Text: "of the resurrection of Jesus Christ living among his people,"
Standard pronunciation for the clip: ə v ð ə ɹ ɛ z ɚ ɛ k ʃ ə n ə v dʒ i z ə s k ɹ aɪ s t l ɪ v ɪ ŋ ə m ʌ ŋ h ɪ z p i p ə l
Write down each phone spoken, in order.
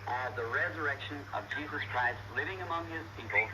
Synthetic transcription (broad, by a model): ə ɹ ð ə ɹ ɛ z ɚ ɛ k ʃ ə n ə v dʒ i z ə s k ɹ aɪ s t l ɪ v ɪ ŋ ə m ʌ ŋ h ɪ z p i p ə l